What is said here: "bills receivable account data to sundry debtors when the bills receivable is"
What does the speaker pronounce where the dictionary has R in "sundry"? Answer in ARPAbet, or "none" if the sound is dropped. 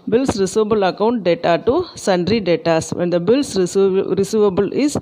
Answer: R